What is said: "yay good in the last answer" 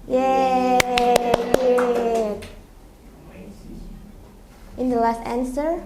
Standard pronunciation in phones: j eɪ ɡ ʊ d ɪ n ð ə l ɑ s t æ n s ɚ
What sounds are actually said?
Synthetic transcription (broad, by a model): j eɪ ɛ ɪ n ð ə l ɑ s t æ n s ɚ